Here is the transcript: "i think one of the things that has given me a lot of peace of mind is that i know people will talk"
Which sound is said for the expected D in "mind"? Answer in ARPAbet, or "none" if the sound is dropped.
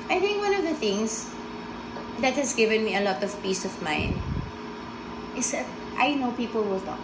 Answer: none